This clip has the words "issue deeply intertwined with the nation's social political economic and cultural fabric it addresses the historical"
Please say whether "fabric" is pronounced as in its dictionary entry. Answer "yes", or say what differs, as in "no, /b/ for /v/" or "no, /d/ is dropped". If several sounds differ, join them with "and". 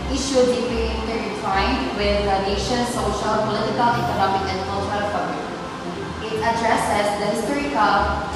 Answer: no, /ɹ/ is dropped